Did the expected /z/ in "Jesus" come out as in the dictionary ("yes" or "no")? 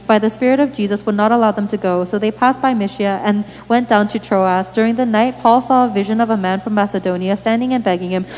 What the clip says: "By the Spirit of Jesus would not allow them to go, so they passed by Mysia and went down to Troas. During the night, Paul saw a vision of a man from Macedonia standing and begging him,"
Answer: yes